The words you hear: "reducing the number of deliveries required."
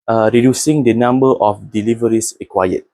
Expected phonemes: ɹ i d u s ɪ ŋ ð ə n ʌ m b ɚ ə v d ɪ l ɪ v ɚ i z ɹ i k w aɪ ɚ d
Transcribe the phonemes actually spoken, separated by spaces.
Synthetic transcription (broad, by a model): ɹ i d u s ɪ ŋ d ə n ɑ m b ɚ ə f d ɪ l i v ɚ i s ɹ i k w aɪ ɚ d